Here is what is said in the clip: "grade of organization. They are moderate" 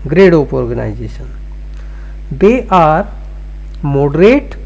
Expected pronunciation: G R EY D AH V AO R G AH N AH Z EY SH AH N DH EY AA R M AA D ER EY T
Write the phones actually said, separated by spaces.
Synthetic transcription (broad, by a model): G R EY D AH P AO R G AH N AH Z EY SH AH N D EY AA R M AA D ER EY T